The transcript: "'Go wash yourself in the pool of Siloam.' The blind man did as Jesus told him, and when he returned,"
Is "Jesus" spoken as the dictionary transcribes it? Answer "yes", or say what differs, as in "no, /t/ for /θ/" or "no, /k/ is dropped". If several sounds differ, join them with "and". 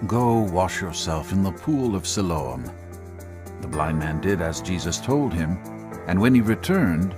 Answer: yes